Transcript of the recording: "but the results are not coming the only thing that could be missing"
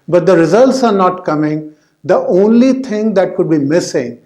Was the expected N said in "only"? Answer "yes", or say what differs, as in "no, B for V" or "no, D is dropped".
yes